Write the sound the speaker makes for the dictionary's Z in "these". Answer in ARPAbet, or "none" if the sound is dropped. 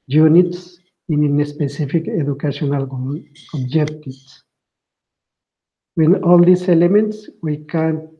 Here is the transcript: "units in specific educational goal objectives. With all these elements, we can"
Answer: S